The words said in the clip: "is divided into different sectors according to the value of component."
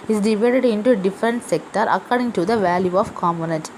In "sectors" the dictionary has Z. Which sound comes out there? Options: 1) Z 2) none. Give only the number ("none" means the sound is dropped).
2